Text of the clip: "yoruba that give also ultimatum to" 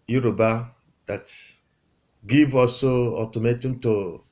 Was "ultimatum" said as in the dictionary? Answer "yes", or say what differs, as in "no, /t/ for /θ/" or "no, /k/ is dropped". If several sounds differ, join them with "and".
no, /l/ is dropped